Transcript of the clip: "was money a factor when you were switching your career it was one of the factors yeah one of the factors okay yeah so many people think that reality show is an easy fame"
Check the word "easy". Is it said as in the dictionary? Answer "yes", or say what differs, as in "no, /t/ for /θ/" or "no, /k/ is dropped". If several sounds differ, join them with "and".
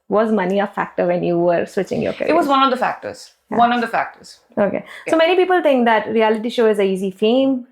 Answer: yes